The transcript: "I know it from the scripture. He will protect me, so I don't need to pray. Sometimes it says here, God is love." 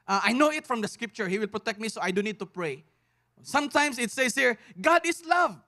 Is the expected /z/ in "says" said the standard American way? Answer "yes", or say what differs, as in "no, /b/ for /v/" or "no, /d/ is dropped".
no, /s/ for /z/